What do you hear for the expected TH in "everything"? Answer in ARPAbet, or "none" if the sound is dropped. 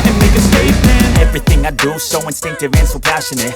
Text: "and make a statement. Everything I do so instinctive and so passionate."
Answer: TH